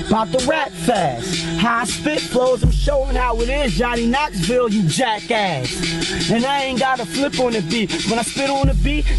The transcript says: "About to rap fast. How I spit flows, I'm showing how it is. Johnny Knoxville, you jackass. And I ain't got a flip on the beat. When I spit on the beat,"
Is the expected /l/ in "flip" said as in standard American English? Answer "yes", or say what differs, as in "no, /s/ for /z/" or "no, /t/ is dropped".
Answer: yes